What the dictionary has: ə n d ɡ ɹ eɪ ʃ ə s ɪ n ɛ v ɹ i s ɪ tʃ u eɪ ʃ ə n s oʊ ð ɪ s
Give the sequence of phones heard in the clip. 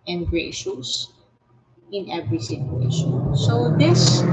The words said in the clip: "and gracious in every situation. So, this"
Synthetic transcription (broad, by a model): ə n ɡ ɹ eɪ ʃ ə s ɪ n ɛ v ɹ i s ɪ tʃ u eɪ ʃ ə n s oʊ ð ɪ s